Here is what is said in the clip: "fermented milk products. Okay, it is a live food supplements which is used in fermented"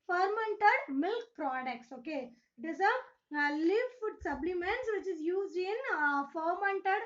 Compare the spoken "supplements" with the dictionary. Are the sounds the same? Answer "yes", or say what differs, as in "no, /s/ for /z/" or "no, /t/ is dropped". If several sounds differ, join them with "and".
no, /b/ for /p/